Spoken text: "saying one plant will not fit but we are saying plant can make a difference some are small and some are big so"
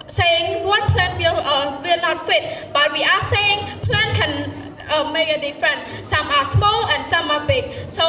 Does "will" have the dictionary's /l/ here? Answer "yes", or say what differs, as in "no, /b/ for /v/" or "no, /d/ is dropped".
no, /w/ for /l/